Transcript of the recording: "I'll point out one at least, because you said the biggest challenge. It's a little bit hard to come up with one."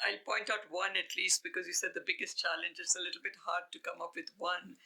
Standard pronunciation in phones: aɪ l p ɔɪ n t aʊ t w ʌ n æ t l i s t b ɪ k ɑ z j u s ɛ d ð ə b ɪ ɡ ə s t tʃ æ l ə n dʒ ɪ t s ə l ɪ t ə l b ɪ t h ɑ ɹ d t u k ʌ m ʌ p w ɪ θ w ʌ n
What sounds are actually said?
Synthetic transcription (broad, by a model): aɪ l p ɔɪ n t aʊ t w ʌ n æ t l i s t b ɪ k ɑ z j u s ɛ d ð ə b ɪ ɡ ə s t tʃ æ l ə n dʒ ɪ t s ə l ɪ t l b ɪ t h ɑ ɹ d t u k ʌ m ʌ p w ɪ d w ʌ n